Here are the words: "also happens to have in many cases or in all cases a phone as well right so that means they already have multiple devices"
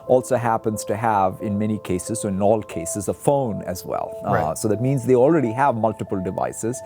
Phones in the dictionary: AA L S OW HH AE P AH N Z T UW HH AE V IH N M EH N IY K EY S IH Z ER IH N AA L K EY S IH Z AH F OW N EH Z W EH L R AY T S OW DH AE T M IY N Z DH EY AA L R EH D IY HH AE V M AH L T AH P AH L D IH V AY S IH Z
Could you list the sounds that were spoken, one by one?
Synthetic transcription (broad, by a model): AA L S OW HH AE P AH N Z T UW HH AE V IH N M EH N IY K EY S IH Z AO IH N AA L K EY S IH Z AH F OW N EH Z W EH L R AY S OW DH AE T M IY N Z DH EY AA L R EH D IY HH AE V M AH L T AH P AH L D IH V AY S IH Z